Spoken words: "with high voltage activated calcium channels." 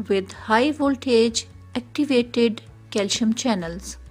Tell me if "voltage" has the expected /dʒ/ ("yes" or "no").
yes